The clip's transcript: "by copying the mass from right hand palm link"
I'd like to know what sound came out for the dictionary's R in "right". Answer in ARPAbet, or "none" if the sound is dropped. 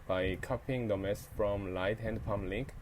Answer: L